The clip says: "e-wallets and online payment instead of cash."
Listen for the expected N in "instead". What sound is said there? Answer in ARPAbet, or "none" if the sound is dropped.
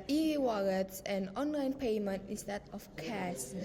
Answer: none